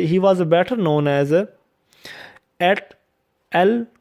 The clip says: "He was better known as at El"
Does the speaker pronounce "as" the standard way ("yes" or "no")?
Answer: yes